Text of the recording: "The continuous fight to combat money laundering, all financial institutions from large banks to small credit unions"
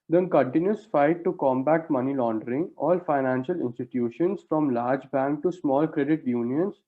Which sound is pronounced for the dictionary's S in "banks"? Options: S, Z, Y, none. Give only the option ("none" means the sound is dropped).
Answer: none